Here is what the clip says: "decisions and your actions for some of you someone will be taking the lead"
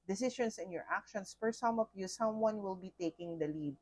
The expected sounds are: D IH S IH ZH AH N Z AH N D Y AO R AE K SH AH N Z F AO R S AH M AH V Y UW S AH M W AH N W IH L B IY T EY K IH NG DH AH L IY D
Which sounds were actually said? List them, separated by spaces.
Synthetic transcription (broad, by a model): D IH S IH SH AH N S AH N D Y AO R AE K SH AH N S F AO R S AH M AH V Y UW S AH M W AH N W IH L B IY T EY K IH NG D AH L IY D